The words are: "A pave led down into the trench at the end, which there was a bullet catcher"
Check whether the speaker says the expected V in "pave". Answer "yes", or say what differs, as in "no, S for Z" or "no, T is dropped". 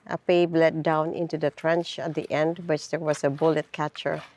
no, B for V